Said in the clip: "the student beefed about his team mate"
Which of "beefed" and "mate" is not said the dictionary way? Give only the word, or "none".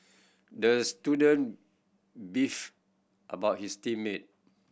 none